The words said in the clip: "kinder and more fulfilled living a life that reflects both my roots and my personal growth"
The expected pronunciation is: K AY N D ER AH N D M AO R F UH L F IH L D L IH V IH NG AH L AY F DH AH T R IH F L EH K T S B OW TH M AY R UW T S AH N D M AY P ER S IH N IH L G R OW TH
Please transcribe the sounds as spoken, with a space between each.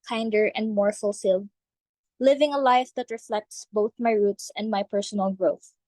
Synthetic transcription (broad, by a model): K AY N D ER AH N D M AO R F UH L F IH L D L IH V IH NG AH L AY F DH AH T R IH F L EH K T S B OW TH M AY R UW T S AH N D M AY P ER S IH N IH L G R OW TH